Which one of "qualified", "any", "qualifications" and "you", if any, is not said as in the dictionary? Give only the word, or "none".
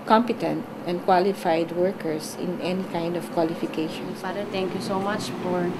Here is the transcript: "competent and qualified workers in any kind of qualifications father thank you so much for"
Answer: qualifications